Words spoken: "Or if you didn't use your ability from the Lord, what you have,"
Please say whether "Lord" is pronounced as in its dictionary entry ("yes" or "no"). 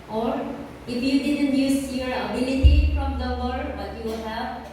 no